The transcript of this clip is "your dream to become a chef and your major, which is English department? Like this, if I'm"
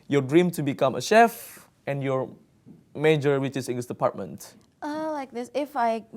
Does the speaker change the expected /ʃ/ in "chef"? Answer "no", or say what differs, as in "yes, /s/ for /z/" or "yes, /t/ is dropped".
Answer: no